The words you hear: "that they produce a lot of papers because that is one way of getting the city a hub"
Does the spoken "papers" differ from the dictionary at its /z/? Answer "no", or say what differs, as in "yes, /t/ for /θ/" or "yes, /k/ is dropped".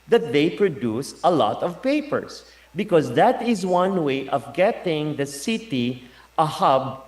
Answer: yes, /s/ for /z/